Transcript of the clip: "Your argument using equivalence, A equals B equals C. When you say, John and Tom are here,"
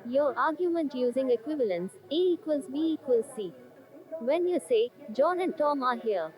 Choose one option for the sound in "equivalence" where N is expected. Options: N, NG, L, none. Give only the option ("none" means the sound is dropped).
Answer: N